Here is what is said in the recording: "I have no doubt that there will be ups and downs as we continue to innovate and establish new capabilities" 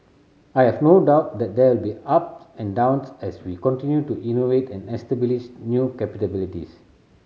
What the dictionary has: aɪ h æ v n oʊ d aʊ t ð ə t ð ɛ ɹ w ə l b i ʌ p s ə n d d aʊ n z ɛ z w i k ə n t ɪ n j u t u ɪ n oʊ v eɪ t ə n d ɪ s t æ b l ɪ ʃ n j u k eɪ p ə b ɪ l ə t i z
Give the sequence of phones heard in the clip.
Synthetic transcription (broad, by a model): aɪ h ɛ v n oʊ d aʊ t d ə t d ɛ w ə l b i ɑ p ə n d d aʊ n s ɛ s w i k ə n t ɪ n j u t u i n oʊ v eɪ t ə n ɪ s t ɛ b l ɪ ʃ n j u k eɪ p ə b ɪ l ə t i s